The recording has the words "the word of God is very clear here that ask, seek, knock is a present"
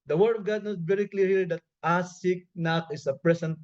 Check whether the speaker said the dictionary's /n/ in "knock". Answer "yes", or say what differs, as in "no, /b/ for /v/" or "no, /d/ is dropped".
yes